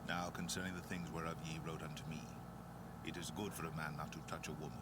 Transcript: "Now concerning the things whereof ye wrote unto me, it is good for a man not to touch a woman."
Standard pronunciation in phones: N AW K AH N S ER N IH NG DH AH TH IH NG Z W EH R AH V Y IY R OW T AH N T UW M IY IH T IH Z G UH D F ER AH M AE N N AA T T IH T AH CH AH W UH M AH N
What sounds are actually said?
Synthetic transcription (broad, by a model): N AW K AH N S ER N IH NG DH AH TH IH NG Z W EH R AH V Y IY R OW T AH N T UW M IY IH T IH Z G UH D F ER AH M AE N N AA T T IH T AH CH AH W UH M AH N